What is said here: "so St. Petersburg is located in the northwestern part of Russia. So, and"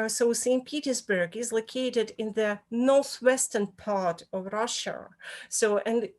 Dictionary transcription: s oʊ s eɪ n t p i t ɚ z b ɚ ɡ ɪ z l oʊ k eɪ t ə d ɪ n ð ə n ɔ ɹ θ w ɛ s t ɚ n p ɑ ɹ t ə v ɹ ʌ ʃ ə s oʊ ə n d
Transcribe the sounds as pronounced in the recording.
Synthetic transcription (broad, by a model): s oʊ s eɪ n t p i t ɚ z b ɚ ɡ ɪ z l oʊ k eɪ t ə d ɪ n ð ə n ɔ ɹ θ w ɛ s t ɚ n p ɑ ɹ t ə v ɹ ʌ ʃ ə s oʊ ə n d